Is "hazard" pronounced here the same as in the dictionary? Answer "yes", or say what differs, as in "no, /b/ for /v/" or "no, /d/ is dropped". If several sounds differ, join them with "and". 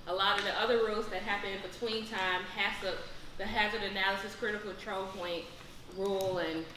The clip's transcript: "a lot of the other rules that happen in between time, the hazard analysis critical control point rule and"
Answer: yes